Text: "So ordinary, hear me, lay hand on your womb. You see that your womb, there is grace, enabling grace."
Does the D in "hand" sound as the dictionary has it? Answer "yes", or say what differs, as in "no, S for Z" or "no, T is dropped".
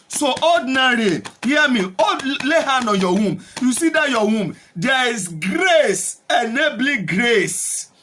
no, D is dropped